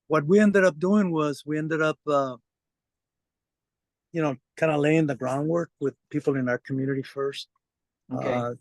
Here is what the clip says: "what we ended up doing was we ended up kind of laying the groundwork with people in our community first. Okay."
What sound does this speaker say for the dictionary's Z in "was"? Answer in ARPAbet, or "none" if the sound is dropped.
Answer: Z